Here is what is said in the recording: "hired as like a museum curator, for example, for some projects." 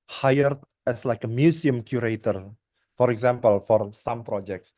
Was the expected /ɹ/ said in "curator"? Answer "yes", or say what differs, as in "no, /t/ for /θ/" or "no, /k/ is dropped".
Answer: yes